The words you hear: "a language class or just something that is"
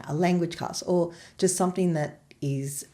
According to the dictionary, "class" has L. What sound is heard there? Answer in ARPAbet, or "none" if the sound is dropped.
none